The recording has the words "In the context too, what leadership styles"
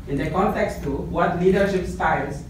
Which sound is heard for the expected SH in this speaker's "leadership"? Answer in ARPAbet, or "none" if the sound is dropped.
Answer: SH